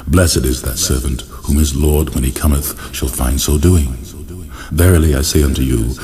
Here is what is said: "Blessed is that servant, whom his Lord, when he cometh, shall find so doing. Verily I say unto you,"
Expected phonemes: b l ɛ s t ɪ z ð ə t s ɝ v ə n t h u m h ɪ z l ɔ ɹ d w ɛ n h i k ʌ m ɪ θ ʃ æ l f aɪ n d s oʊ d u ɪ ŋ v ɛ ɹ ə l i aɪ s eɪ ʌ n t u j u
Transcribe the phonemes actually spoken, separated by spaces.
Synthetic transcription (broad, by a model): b l ɛ s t ɪ z ð ə t s ɝ v ə n t h u m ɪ z l ɔ ɹ d w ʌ n i k ʌ m ɪ θ ʃ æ l f aɪ n d s oʊ d u ɪ ŋ v ɛ ɹ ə l i aɪ s eɪ ʌ n t u j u